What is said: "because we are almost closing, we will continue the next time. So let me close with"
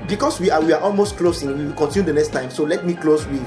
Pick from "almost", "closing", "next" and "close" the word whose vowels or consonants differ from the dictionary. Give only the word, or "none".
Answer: closing